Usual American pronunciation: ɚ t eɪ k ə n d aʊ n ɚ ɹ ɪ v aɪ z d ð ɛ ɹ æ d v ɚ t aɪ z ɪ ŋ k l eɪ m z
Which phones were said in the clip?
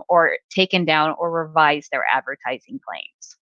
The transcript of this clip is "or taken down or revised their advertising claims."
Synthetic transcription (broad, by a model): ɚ t eɪ k ə n d aʊ n ɚ ɹ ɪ v aɪ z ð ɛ ɹ æ d v ɚ t aɪ z ɪ ŋ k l eɪ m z